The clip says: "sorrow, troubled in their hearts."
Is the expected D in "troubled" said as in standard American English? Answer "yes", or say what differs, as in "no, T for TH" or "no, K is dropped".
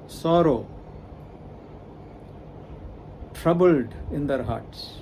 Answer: yes